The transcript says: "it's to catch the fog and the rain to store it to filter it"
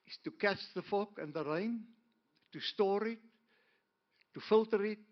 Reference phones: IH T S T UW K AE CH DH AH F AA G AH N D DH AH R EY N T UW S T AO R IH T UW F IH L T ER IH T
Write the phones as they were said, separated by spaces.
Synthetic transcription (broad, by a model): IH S T UW K AE CH DH AH F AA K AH N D DH AH R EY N T UW S T AO R IH T UW F IH L T ER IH T